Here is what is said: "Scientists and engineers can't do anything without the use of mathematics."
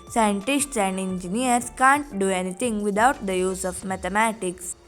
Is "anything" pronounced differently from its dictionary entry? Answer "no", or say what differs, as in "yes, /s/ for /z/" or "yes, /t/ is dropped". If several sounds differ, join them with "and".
yes, /t/ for /θ/